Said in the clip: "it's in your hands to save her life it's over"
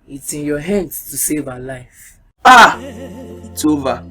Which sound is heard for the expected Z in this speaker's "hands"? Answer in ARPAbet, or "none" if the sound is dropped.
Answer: S